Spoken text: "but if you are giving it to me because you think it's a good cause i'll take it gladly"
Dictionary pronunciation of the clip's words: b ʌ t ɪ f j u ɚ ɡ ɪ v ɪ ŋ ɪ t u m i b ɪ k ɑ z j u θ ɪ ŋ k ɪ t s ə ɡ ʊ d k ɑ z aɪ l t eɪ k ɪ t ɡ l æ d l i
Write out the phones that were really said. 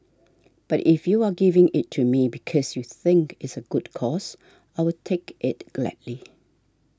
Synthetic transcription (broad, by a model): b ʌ t ɪ f j u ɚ ɡ ɪ v ɪ ŋ ɪ t u m i b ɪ k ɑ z j u θ ɪ ŋ k ɪ t s ə ɡ ʊ d k ɑ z aɪ w t eɪ k ɪ t ɡ l æ d l i